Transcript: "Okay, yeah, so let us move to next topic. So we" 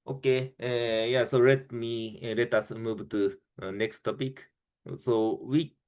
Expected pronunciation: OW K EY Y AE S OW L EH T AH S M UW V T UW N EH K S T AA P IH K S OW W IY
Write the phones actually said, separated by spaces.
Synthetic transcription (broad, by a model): OW K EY Y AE S OW L EH T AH S M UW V T UW N EH K S T AA P IH K S OW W IY